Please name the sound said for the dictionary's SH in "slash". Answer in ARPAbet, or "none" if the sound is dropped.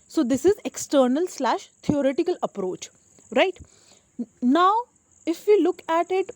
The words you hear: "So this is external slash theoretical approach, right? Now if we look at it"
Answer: SH